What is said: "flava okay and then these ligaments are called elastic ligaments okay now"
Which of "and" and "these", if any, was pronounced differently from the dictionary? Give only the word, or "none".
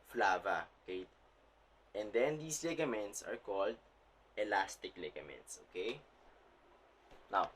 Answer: these